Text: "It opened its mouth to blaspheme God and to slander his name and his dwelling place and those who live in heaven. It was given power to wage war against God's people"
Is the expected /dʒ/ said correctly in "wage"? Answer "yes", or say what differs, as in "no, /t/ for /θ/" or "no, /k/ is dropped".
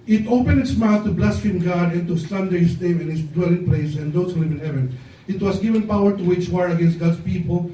no, /tʃ/ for /dʒ/